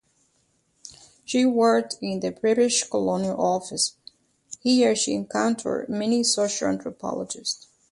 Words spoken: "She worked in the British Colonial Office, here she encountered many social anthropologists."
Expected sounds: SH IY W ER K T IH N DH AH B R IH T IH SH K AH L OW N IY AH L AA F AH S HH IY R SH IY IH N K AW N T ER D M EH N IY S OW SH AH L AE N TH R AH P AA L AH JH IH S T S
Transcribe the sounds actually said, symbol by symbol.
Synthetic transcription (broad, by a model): SH IY W ER K T IH N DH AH B R IH T IH SH K AH L OW N IY AH L AA F AH S HH IY R SH IY IH N K AW N T ER D M EH N IY S OW SH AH L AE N T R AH P AA L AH JH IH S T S